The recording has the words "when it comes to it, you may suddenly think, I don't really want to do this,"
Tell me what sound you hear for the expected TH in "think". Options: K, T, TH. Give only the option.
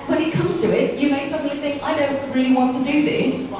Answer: TH